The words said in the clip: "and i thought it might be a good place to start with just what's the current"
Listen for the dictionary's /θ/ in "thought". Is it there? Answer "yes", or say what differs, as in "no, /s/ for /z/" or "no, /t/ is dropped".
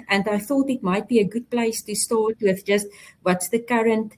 yes